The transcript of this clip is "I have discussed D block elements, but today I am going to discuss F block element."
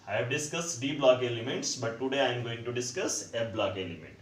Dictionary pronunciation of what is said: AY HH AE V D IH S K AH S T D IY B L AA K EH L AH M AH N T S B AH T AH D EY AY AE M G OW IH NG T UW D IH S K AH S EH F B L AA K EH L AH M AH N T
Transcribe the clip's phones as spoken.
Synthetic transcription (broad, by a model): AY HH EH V D IH S K AH S T D IY B L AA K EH L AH M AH T S B AH T AH D EY AY M G OW IH NG T UW D IH S K AH S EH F B L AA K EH L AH M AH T